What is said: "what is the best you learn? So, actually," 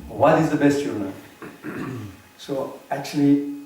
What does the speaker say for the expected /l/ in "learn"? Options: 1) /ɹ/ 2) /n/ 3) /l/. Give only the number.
2